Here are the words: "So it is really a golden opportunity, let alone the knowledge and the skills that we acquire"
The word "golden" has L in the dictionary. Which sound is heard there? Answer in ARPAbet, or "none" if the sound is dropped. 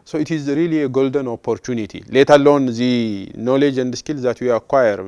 L